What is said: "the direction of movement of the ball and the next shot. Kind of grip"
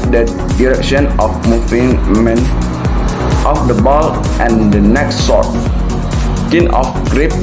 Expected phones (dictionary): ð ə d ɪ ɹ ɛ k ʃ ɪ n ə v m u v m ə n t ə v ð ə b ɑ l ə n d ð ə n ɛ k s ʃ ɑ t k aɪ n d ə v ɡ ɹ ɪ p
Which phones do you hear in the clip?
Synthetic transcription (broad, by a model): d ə d ɪ ɹ ɛ k ʃ ɪ n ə f m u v m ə n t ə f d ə b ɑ l ə n d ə n ɛ k s s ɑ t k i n ə f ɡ ɹ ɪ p